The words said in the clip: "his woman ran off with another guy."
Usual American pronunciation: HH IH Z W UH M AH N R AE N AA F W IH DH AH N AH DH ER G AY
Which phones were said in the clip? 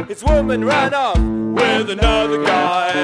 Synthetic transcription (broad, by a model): HH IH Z W UH M AH N R AE N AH P W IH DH AH N AH DH ER G AY